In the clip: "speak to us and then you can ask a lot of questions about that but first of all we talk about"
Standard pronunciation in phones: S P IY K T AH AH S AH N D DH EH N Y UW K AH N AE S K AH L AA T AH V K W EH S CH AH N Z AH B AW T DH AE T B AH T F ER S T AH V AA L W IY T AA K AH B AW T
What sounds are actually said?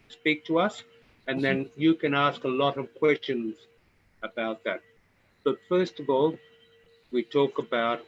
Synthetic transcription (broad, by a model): S P IY K T AH AH S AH N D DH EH N Y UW K AH N AE S K AH L AA T AH V K W EH S CH AH N Z AH B AW T DH AE T B AH T F ER S T AH V AA L W IY T AA K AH B AW T